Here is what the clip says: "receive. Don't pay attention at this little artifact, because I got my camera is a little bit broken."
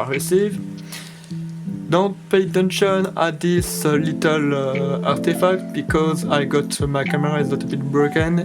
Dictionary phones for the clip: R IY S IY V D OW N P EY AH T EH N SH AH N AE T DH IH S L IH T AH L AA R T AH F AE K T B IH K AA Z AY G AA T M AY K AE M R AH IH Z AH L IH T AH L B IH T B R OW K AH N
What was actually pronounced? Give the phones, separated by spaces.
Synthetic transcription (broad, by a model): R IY S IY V D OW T P EY AH T EH N SH AH N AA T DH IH S L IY T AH L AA R T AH F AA K T B IH K AA Z AY G AA T M AY K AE M R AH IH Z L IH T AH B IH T B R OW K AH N